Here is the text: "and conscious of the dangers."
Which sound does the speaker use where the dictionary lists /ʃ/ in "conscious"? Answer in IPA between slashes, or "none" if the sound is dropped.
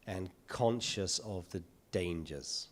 /ʃ/